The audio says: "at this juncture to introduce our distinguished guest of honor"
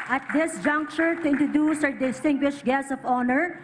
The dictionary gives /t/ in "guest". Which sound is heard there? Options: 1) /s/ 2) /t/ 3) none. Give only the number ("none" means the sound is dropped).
3